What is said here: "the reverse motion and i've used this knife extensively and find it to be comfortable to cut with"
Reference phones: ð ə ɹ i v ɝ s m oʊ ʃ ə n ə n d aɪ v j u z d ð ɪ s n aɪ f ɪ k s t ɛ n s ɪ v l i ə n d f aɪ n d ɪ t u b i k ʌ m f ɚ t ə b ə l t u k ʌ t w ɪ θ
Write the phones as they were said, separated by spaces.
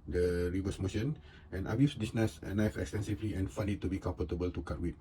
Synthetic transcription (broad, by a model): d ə ɹ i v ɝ s m oʊ ʃ ə n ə n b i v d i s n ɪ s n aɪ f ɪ k s t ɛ n s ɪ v l i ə n f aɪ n ɪ t u b i k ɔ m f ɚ t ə b ə l t u k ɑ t w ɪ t